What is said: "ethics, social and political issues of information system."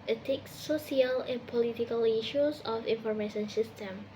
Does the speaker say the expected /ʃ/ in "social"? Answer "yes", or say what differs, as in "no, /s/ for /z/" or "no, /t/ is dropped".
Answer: no, /ʃ/ is dropped